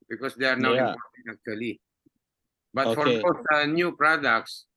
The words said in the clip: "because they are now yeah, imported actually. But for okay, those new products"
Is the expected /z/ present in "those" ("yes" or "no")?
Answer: no